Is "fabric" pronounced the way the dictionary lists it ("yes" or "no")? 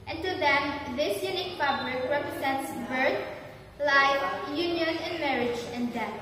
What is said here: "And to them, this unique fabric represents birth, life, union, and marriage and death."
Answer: no